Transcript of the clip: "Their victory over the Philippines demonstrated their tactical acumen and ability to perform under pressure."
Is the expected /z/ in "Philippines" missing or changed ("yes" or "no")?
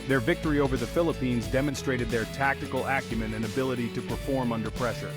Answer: no